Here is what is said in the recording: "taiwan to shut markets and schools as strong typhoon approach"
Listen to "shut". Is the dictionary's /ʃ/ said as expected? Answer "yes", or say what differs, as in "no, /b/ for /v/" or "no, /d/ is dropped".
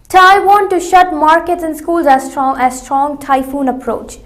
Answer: yes